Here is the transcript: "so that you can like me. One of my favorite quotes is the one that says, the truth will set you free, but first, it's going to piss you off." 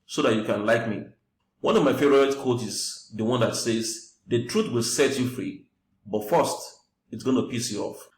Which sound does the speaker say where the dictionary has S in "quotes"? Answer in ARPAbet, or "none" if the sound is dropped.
none